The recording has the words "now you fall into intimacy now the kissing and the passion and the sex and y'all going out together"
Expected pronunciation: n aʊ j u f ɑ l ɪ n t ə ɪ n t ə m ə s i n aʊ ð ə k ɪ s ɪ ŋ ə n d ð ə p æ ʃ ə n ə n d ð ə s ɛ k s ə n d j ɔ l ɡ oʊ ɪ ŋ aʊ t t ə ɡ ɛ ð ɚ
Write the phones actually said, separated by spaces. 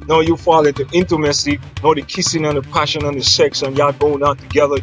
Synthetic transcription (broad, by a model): n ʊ j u f ɑ l ɪ n t ə ɪ n t ə m ə s i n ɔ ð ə k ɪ s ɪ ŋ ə n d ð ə p æ ʃ ə n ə n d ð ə s ɛ k s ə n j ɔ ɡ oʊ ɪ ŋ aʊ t t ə ɡ ɛ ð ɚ